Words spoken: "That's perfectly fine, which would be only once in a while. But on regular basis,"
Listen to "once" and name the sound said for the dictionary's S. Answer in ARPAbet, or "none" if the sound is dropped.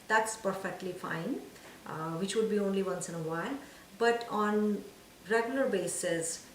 S